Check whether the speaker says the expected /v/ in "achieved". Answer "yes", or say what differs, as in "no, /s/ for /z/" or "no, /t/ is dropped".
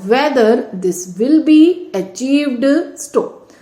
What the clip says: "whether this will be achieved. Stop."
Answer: yes